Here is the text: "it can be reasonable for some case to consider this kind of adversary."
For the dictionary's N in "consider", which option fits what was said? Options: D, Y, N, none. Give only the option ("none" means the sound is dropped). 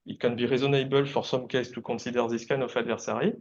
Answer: none